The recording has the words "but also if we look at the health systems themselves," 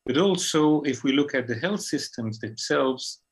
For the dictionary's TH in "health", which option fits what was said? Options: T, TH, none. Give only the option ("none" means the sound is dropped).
TH